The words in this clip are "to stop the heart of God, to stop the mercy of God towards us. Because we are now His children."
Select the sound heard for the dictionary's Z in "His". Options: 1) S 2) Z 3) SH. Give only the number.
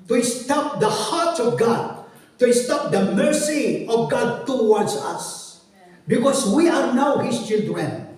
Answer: 1